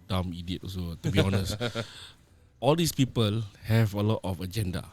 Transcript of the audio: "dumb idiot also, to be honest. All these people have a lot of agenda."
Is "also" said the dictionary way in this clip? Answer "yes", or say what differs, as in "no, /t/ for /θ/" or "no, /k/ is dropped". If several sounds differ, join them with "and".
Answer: no, /l/ is dropped